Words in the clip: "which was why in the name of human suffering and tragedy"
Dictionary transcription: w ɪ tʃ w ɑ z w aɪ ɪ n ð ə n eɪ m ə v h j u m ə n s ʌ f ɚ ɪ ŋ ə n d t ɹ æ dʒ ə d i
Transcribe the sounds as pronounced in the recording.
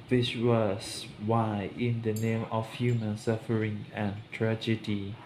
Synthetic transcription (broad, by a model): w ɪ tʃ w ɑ s w aɪ ɪ n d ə n eɪ m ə f h j u m ə n s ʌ f ɚ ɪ ŋ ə n t ɹ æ dʒ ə d i